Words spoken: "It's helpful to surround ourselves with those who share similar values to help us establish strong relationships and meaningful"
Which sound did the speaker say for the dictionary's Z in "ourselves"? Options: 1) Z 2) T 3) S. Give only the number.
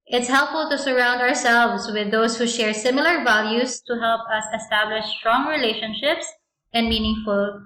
3